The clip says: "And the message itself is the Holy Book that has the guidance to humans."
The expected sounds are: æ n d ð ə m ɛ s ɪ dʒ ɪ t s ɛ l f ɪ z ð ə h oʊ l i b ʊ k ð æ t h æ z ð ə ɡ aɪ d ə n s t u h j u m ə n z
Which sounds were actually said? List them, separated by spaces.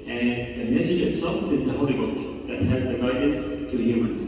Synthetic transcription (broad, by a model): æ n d ð ə m ɛ s ɪ dʒ ɪ t s ɛ l f ɪ z ð ə h oʊ l i b ʊ k ð æ t h æ z ð ə ɡ aɪ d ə n s t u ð j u m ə n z